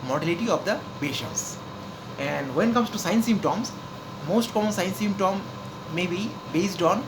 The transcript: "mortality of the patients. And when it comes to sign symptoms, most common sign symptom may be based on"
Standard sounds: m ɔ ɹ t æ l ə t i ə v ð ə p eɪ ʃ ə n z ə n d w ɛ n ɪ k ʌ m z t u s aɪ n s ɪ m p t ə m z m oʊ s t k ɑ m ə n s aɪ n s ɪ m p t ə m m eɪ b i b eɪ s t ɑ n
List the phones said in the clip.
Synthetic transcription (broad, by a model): m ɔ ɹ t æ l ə t i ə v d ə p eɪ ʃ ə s ə n d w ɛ n k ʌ m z t u s aɪ n s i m t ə m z m oʊ s t k ɑ m ə n s aɪ n s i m t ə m m eɪ b i b eɪ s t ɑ n